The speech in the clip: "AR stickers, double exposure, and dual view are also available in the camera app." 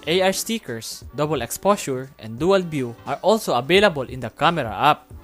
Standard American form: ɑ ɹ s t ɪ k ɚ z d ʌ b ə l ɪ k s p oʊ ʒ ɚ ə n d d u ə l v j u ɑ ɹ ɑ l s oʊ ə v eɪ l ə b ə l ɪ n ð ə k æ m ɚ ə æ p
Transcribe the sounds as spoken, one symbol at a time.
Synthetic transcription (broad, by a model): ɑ ɹ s t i k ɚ s d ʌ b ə l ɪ k s p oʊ s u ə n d d u ə l b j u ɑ ɹ ɑ l s oʊ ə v eɪ l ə b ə l ɪ n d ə k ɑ m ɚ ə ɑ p